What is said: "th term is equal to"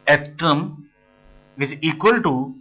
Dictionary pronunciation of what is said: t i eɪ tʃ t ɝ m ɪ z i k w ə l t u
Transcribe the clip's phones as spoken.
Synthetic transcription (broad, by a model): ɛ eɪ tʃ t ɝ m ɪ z i k w ə l t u